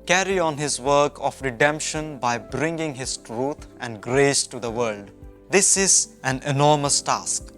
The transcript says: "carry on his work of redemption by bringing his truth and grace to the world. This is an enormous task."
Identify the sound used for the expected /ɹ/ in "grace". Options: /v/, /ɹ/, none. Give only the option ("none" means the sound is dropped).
/ɹ/